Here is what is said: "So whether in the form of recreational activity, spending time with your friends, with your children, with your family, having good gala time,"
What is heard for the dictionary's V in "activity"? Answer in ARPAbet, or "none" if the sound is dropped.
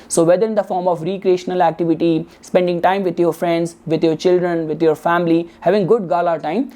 V